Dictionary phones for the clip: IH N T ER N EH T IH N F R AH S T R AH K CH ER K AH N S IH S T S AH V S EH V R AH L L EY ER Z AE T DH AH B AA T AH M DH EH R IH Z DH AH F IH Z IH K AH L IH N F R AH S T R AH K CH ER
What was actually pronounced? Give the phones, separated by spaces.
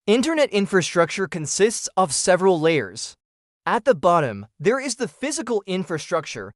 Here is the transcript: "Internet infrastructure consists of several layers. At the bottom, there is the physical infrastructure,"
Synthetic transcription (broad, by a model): IH N T ER N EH T IH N F R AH S T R AH K CH ER K AH N S IH S T S AH V S EH V R AH L L EY ER Z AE T DH AH B AA T AH M DH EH R IH Z DH AH F IH Z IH K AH L IH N F R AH S T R AH K CH ER